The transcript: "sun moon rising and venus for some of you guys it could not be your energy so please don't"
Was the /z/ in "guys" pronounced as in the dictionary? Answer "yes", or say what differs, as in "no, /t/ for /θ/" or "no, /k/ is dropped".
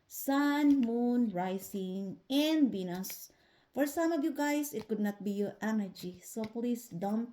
no, /s/ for /z/